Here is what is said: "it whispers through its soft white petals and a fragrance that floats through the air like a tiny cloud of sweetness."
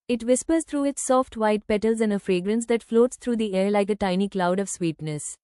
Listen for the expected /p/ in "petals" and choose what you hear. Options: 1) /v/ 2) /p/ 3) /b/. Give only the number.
2